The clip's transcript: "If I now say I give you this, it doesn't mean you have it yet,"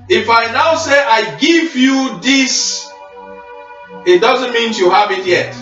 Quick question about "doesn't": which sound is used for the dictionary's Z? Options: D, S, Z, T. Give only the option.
Z